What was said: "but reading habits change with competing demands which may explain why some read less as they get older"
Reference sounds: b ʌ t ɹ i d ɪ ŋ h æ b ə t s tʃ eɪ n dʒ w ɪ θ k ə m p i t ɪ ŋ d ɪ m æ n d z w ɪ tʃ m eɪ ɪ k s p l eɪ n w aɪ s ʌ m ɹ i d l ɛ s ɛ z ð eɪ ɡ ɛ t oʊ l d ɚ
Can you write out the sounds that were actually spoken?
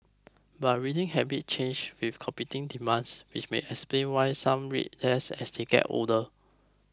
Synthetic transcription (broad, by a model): b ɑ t ɹ i d ɪ ŋ h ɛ b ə t tʃ eɪ n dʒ w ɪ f k ə m p i t ɪ ŋ d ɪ m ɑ n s w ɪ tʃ m eɪ ɪ k s p l eɪ n w aɪ s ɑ m ɹ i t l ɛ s ɛ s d eɪ ɡ ɛ t oʊ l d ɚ